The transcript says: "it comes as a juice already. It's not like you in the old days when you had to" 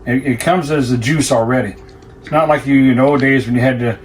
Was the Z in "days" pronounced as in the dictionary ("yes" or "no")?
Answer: yes